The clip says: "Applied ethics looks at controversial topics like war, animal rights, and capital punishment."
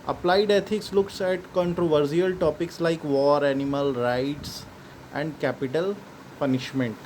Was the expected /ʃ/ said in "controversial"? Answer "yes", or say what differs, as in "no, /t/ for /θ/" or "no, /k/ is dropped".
no, /s/ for /ʃ/